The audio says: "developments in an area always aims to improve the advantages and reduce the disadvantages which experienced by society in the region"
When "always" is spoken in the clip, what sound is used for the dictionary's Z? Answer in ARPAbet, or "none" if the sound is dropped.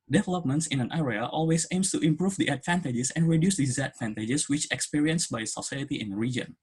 S